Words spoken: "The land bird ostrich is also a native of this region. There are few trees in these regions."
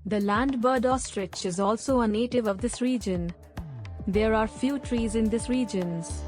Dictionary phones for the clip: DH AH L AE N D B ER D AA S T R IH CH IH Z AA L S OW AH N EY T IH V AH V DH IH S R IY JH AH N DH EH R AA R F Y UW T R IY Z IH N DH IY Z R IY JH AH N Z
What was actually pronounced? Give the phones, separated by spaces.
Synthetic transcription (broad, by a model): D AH L AE N D B ER D AA S T R IH CH IH Z AA L S OW AH N EY T IH V AH V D IH S R IY JH AH N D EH R AA R F Y UW T R IY Z IH N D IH S R IY JH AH N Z